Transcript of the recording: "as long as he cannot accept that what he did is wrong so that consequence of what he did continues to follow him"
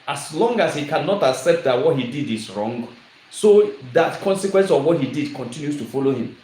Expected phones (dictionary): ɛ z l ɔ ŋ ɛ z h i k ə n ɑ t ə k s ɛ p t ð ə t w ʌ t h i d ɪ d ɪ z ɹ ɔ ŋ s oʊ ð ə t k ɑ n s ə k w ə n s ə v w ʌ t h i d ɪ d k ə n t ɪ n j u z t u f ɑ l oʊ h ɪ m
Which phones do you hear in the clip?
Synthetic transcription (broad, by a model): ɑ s l ɔ ŋ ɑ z h i k ə n ɑ t ə k s ɛ p t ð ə t w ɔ t h i d ɪ d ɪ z ɹ ɔ ŋ s oʊ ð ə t k ɑ n s ə k w ə n s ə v w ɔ t h i d ɪ d k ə n t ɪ n j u s t u f ɑ l oʊ h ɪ m